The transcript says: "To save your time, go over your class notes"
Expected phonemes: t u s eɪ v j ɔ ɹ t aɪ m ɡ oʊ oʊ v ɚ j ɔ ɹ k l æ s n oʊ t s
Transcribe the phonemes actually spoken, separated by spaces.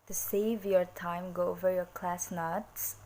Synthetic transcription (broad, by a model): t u s eɪ v j ɔ ɹ t aɪ m ɡ oʊ oʊ v ɚ j ɔ ɹ k l æ s n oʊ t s